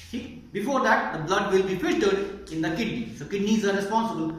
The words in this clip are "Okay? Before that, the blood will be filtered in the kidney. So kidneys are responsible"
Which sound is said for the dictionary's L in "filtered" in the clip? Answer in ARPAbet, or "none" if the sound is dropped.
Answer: N